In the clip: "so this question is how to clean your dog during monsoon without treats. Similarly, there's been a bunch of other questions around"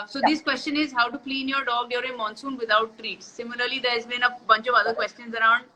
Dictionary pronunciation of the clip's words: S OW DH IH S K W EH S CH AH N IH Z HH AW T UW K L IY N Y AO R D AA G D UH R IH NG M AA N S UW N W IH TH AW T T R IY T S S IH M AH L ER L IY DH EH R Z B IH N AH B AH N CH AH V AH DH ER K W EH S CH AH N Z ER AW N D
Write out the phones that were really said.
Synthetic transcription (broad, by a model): S OW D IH S K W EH S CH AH N IH Z HH AW T UW K L IY N Y AO R D AA G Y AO R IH M AA N S UW N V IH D AW T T R IY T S S IH M AH L ER L IY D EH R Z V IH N AH B AH N CH AH V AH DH ER K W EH S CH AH N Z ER AW N D